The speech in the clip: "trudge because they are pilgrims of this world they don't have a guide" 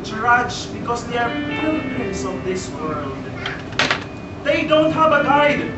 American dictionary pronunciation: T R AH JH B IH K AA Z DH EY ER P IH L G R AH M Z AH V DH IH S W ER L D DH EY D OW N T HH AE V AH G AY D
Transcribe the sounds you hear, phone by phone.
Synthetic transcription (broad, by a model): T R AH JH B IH K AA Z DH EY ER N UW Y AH Z AH V DH IH S W ER L D DH EY D OW N T HH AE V AH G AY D